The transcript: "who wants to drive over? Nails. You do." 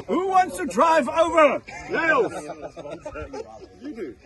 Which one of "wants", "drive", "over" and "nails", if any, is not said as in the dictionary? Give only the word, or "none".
nails